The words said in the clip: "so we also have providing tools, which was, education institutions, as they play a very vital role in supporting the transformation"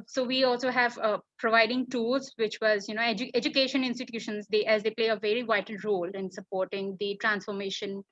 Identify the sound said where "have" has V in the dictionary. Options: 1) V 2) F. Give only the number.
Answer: 1